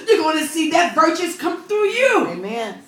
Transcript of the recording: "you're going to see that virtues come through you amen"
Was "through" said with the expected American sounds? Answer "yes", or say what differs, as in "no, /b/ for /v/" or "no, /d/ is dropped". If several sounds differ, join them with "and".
yes